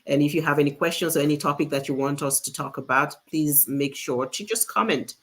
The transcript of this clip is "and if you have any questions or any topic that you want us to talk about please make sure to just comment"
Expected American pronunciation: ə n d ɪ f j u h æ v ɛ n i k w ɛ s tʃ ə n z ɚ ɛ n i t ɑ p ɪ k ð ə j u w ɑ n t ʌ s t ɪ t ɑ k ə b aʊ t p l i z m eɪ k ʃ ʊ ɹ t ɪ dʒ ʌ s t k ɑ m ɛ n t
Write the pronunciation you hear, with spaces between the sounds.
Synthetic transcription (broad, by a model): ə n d ɪ f j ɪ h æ v ɛ n i k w ɛ s tʃ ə n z ɚ ɛ n i t ɑ p ɪ k ð ə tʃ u w ɑ n t ʌ s t ɪ t ɑ k ə b aʊ t p l i z m eɪ k ʃ ʊ ɹ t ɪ dʒ ʌ s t k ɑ m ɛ n t